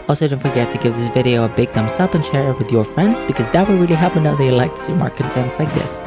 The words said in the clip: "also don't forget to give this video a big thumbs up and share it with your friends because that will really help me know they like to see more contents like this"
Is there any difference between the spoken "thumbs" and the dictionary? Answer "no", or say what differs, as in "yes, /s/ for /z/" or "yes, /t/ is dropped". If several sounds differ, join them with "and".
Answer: yes, /s/ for /z/